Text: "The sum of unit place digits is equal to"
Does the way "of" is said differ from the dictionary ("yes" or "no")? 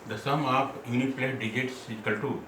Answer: yes